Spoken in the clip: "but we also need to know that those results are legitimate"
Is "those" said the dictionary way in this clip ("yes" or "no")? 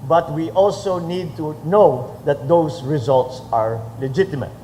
no